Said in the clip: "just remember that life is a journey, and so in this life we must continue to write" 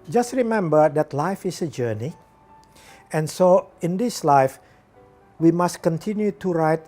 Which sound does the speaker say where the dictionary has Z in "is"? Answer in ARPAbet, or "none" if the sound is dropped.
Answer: S